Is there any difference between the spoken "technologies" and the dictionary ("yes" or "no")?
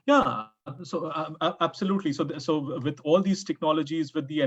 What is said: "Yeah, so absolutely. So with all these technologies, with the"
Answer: no